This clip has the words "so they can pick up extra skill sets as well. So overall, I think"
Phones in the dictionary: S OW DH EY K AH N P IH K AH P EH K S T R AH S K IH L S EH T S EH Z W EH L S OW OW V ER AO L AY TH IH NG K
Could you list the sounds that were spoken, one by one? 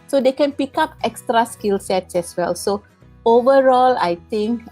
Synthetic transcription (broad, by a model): S OW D EY K AH N P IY K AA P EH K S T R AH S K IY L S EH T S EH S W EH L S OW OW V ER AO L AY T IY NG K